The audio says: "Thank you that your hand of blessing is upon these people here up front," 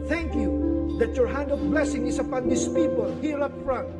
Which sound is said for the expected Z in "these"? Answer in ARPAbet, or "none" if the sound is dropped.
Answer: S